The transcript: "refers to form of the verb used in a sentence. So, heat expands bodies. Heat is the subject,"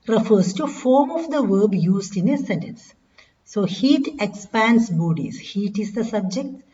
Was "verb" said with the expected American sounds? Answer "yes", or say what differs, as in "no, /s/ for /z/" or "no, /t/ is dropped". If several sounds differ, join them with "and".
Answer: yes